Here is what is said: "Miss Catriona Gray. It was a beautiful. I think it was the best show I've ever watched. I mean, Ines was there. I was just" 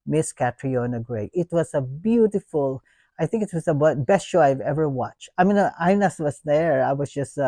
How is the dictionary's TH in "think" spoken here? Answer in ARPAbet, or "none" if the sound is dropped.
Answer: TH